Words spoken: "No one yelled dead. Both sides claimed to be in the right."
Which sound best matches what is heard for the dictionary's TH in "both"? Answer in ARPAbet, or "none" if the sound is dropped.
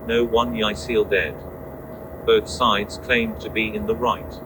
TH